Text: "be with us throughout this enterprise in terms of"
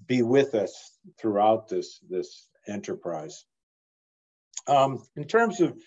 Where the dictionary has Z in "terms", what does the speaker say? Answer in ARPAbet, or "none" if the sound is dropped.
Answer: Z